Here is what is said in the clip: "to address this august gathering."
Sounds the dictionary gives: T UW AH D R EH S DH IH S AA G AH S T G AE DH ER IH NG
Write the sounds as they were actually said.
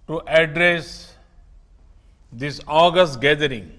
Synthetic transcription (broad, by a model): T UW AH D R EH S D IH S AA G AH S T G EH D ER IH NG